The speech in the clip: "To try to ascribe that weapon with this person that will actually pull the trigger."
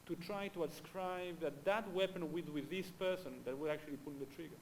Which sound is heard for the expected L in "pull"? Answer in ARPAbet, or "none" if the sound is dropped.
N